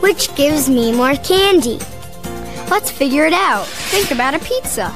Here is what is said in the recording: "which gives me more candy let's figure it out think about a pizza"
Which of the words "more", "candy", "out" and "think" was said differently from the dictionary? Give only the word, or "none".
none